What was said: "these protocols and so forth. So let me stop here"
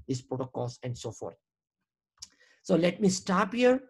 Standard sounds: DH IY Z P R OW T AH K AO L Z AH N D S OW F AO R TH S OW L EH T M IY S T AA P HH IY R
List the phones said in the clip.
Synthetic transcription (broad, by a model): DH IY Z P R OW T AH K AO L S AH N D S OW F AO R T S OW L EH T M IY S T AA P HH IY R